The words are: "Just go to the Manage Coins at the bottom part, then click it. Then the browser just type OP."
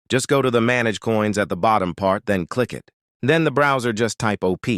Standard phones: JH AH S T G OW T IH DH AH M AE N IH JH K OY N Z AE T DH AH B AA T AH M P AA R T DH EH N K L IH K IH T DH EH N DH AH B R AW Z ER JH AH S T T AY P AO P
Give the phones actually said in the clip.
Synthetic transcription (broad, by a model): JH AH S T G OW T IH DH AH M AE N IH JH K OY N Z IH T DH AH B AA T AH M P AA R T DH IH N K L IH K IH T DH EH N DH AH B R AW Z ER JH AH S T T AY P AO P